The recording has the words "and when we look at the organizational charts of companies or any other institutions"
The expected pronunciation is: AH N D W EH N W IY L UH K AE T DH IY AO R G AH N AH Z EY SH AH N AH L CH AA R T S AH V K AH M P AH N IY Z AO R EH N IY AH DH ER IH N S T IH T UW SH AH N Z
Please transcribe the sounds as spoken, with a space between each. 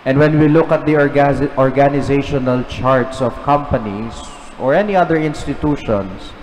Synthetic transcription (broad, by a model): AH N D W EH N W IY L UH K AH T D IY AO R G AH N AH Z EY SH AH N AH L CH AA R T S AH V K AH M P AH N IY S AO R EH N IY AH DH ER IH N S T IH T UW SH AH N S